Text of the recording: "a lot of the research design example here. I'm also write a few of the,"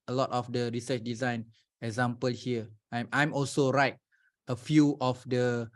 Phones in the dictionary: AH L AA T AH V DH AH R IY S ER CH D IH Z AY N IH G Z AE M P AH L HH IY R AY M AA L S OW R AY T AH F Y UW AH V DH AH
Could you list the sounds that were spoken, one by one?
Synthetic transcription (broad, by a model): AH L AA T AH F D AH R IY S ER CH D IH Z AY N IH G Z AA M P AH L HH IY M AY M AA L S OW R AY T AH F Y UW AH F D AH